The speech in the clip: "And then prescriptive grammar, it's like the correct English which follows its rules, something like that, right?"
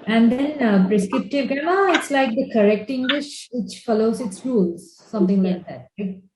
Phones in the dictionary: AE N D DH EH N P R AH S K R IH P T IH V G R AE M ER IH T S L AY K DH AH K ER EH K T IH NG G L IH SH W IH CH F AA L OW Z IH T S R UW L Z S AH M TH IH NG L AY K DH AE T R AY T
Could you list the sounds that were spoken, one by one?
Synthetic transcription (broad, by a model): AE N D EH N P R AH S K R IH P T IH V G AE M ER IH T S L AY K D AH K ER EH K T IH NG G L IH SH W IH CH F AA L OW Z IH T S R UW L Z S AH M T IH NG L AY K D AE T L AY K